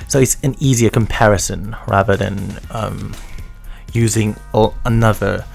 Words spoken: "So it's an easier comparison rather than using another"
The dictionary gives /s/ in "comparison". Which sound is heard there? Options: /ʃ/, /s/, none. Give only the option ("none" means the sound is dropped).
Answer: /s/